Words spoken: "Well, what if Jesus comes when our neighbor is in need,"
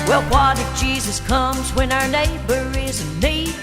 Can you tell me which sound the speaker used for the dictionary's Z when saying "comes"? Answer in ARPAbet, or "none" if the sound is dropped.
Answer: Z